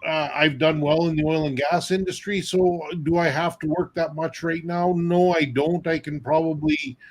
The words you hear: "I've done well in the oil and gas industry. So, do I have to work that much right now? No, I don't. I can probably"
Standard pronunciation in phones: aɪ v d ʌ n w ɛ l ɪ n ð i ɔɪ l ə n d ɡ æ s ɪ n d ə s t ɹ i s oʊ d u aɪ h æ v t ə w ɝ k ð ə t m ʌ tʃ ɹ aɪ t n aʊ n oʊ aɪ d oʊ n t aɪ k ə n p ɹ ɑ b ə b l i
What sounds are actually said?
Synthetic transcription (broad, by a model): aɪ v d ʌ n w ɛ l ɪ n ð i ɔɪ l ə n ɡ æ s ɪ n d ə s t ɹ i s oʊ d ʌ aɪ h æ f t ə w ɝ k ð ə t m ʌ tʃ ɹ aɪ t n aʊ n oʊ aɪ d oʊ n t aɪ k ə n p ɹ ɑ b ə b l i